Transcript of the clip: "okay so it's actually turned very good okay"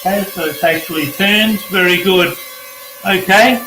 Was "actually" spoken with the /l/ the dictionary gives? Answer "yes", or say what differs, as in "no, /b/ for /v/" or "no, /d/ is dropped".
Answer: yes